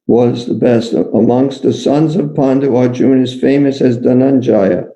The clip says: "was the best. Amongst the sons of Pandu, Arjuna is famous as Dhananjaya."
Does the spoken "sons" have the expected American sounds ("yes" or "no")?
yes